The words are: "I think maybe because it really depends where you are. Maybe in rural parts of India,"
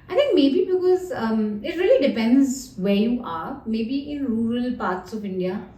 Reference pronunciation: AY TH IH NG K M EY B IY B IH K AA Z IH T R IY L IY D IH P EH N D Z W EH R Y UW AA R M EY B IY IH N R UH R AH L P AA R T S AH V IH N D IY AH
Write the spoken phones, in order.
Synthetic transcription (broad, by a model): AY T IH NG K M EY B IY B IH K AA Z IH T R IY L IY D IH P EH N D Z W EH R Y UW AA R M EY B IY IH N R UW R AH L P AA R T S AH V IH N D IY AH